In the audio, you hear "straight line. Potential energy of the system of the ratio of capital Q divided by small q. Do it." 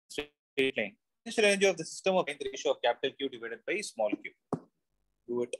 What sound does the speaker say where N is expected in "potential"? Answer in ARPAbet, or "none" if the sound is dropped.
none